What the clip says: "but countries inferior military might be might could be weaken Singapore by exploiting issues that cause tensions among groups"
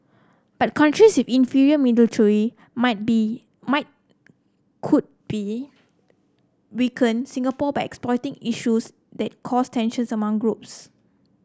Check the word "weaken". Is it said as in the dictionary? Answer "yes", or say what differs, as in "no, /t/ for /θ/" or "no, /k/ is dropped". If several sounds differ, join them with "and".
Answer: yes